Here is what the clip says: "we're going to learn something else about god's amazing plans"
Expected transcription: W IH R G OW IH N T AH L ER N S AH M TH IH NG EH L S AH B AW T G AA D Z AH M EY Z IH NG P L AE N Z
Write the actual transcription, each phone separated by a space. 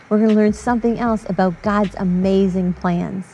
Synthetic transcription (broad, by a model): W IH R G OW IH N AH L ER N S AH M TH IH NG EH L S AH B AW T G AA D Z AH M EY Z IH NG P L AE N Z